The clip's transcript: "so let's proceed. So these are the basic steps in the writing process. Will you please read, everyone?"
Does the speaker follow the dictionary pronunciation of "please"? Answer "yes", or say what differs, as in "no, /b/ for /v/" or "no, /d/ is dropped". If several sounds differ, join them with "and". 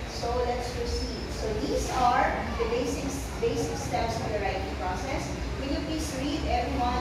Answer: no, /s/ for /z/